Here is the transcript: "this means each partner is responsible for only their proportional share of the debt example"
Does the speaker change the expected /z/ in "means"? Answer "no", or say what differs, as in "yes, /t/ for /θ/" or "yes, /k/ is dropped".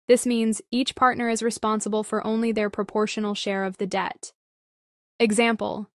no